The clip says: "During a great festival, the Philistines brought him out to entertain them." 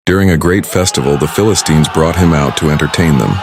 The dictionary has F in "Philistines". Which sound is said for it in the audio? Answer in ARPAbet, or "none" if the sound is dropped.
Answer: F